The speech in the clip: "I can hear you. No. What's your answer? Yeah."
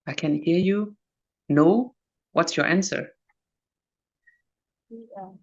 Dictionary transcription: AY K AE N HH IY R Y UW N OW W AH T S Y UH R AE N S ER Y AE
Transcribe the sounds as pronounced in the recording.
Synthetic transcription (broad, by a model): AY K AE N HH IY R Y UW N OW W AH T S Y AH R AE N S ER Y